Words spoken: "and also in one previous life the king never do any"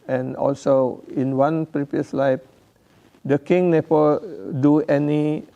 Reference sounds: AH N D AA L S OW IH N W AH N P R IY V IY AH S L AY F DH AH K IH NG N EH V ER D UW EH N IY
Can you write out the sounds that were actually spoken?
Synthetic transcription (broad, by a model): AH N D AA L S OW IH N W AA N P R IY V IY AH S L AY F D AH K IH NG N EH P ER D UW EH N IY